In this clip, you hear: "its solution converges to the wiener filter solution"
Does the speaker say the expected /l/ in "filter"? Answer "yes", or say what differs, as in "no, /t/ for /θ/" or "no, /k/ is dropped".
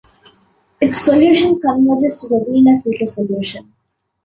no, /l/ is dropped